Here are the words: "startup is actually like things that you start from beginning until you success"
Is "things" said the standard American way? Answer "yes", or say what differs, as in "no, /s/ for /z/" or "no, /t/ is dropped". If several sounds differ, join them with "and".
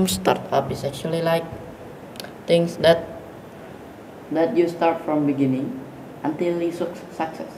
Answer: no, /t/ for /θ/